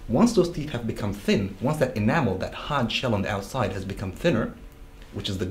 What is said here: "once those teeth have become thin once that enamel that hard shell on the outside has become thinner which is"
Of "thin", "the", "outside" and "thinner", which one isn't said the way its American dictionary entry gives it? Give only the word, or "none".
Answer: none